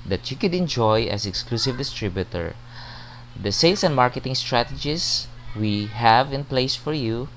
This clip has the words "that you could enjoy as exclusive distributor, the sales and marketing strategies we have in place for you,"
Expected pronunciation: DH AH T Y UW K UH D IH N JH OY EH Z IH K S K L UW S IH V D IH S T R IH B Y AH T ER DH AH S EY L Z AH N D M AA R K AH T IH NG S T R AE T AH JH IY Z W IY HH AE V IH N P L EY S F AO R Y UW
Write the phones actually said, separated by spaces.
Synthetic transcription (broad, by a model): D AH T Y UW K UH D IH N JH OY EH S IH K S K L UW S IH V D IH S T R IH B Y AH T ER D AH S EY L S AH N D M AA R K AH T IH NG S T R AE T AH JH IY S W IY HH AE V IH N P L EY S F AO R Y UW